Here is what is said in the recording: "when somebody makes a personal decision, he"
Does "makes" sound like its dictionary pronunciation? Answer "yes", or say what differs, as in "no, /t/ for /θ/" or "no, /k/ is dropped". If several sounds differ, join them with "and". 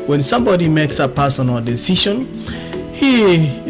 yes